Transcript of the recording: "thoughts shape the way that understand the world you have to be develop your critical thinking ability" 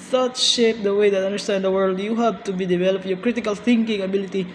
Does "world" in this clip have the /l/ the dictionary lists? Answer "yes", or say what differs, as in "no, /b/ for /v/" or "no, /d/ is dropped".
yes